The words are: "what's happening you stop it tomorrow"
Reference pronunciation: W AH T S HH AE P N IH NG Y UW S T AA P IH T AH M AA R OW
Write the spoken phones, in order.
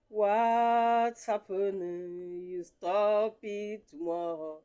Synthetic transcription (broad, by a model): W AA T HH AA P IH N Y UW S T AA P IH T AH M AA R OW